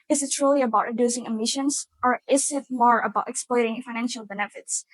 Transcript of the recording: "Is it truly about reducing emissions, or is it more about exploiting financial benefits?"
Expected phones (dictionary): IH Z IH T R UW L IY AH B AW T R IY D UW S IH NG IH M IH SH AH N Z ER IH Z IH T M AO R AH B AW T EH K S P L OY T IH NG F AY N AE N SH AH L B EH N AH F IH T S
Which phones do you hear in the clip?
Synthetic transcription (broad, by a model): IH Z IH T R UW L IY AH B AW T R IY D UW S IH NG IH M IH SH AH N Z ER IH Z IH T M AO R AH B AW T EH K S P L OY T IH NG F AY N AE N SH AH L B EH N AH F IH T S